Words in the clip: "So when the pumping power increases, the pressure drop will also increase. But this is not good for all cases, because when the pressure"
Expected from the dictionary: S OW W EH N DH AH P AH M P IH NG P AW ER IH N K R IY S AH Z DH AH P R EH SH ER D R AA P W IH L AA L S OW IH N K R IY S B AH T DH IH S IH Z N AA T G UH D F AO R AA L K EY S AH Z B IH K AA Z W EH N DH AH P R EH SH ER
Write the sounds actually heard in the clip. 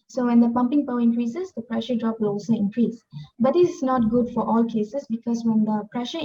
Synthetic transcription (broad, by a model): S OW W EH N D AH P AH M P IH NG P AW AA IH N K R IY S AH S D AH P R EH SH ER D R AA P W IH L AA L S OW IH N K R IY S B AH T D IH S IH S N AA T G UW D F AO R AA L K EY S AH S B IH K AA S W EH N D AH P R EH SH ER